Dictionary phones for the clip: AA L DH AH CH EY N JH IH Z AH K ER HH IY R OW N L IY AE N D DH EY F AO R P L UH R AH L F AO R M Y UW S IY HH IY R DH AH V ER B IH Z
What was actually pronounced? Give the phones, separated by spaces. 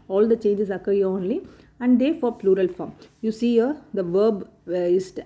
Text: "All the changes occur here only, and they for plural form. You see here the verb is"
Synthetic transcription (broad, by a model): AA L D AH CH EY N JH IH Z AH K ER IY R OW N L IY AE N D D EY F AO R P L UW R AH L F AO R M Y UW S IY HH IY R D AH V ER B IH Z